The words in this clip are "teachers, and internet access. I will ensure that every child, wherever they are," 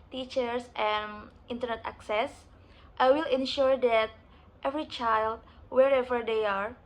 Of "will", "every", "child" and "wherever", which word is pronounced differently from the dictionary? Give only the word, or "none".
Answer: none